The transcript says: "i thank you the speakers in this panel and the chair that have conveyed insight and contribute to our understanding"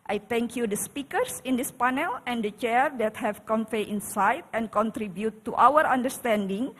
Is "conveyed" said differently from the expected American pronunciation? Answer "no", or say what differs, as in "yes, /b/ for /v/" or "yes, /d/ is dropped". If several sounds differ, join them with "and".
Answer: yes, /f/ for /v/